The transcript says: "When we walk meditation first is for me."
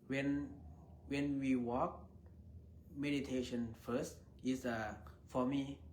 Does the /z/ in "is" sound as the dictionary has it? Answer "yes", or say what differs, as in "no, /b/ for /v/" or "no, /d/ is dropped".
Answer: no, /s/ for /z/